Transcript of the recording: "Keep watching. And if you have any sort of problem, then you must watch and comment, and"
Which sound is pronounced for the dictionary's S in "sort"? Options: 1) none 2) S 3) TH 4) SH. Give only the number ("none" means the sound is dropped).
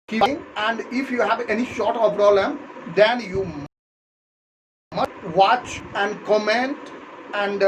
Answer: 4